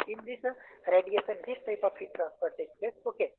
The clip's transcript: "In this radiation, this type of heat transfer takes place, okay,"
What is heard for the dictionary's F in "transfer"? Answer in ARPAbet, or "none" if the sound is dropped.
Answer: P